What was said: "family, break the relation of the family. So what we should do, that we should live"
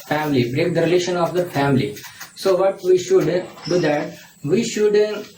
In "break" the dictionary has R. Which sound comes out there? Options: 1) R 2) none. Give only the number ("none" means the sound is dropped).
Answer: 1